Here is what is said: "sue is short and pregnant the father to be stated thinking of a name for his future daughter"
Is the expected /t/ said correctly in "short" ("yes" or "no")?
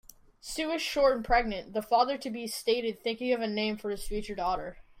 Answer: no